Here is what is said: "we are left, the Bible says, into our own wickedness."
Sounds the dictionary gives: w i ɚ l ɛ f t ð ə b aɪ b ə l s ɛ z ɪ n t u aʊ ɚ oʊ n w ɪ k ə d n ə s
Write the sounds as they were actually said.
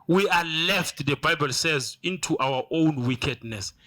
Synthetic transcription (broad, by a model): w i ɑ l ɛ f t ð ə b aɪ b ə l s ɛ z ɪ n t u aʊ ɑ oʊ n w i k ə d n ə s